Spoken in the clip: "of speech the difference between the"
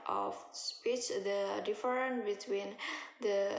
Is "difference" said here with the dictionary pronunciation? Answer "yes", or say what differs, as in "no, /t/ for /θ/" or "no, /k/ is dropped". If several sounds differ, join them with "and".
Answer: no, /s/ is dropped